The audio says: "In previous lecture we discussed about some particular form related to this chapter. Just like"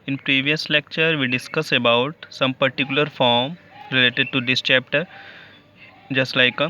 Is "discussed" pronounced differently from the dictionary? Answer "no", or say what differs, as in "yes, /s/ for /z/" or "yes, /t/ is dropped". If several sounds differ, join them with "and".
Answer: yes, /t/ is dropped